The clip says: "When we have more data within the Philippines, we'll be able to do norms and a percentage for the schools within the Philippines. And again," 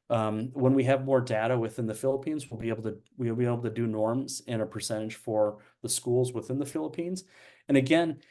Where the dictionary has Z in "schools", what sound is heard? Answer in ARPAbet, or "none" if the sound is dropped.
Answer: Z